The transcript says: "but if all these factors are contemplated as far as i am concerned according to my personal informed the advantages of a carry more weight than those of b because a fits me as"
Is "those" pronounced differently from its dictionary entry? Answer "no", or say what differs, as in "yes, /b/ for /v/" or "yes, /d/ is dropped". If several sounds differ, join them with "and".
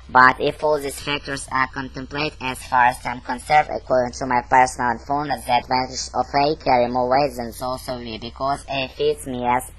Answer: yes, /s/ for /z/